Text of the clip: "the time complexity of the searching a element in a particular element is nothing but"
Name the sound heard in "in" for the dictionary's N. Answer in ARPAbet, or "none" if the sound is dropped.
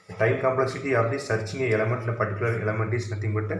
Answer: L